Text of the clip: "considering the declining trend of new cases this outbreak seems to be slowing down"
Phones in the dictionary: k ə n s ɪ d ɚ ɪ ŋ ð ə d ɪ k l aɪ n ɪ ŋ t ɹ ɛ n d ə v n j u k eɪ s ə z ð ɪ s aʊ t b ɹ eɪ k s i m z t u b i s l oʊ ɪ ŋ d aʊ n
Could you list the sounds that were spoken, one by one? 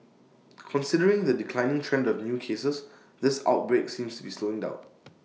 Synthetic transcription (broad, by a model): k ə n s ɪ d ɚ ɪ ŋ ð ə d ɪ k l aɪ n ɪ ŋ t ɹ ɛ n d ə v n j u k eɪ s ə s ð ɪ s aʊ t b ɹ eɪ k s i m s t u b i s l oʊ ɪ ŋ d aʊ n